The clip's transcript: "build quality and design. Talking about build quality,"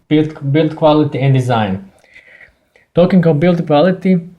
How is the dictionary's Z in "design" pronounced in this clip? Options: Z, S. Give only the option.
Z